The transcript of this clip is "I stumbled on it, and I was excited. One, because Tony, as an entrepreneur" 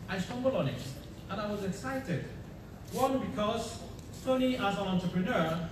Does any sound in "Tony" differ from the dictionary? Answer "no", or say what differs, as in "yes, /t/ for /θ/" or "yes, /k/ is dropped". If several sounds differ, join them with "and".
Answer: yes, /s/ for /t/